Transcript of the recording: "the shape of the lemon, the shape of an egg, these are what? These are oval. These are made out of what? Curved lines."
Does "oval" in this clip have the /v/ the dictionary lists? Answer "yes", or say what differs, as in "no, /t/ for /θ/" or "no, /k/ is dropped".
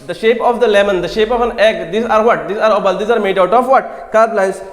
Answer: no, /b/ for /v/